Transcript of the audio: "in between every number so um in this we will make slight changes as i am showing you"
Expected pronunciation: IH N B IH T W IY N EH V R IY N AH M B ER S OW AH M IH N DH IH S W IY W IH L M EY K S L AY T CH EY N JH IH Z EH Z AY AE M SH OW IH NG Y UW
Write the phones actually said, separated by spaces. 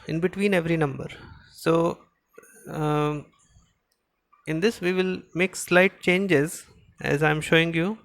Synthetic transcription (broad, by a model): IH N B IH T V IY N EH V R IY N AH M B ER S OW IH N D IH S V IY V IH L M EY K S L AY T CH EY N JH IH Z EH Z AY M SH OW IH NG Y UW